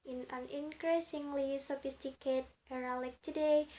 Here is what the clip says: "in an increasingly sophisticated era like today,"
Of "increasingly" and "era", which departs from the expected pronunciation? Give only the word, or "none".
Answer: none